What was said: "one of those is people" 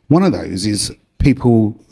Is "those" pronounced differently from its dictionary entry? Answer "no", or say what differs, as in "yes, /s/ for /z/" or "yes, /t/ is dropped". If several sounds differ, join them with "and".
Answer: no